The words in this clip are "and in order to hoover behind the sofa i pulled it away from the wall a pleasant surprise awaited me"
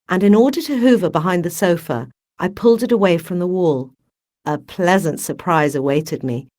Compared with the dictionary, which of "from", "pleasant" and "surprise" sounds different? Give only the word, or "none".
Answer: none